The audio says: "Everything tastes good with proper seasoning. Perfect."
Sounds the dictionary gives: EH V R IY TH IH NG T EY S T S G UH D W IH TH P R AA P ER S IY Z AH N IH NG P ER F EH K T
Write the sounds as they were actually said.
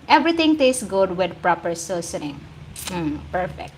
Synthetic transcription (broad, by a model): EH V R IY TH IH NG T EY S S G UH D W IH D P R AA P ER S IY S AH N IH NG P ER F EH K T